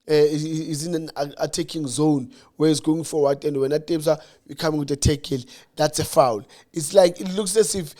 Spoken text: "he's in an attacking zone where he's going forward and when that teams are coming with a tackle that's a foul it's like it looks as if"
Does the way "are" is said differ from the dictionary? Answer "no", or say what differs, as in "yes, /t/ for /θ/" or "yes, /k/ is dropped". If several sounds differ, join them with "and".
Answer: yes, /w/ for /ɹ/